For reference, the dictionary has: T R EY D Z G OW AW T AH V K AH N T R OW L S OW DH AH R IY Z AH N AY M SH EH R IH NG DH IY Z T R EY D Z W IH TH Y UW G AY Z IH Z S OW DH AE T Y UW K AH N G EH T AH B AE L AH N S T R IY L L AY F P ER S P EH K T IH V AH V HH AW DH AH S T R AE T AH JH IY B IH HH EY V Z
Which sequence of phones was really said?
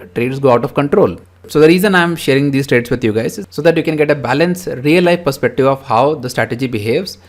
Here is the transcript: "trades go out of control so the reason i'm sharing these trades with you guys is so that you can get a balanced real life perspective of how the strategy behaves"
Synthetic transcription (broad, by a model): T R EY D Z G OW AW T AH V K AH N T R OW L S OW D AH R IY Z AH N AY M SH EH R IH NG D IY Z T R EY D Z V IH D Y UW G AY IH Z S OW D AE T Y UW K AH N G EH T AH B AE L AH N S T R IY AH L AY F P ER S P EH K T IH V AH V HH AW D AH S T R AE T AH JH IY B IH HH EY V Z